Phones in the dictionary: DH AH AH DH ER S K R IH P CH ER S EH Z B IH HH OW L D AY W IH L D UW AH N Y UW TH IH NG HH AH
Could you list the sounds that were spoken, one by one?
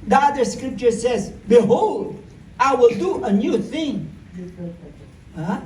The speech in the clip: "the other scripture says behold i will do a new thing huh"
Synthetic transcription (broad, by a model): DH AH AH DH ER S K R IH P CH ER S EH Z B IH HH OW L D AY W IH L D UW AH N Y UW TH IH NG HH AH